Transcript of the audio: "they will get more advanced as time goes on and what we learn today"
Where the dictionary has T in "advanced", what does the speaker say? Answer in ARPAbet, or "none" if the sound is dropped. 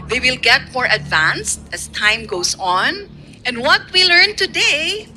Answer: T